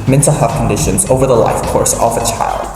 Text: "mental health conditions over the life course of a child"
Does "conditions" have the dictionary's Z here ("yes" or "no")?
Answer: yes